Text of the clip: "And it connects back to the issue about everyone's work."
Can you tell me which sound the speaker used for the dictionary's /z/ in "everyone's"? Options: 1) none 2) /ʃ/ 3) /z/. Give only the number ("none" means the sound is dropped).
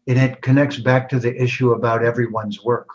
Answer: 3